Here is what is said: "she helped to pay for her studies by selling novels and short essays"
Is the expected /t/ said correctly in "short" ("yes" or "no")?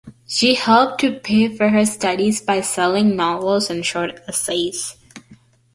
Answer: yes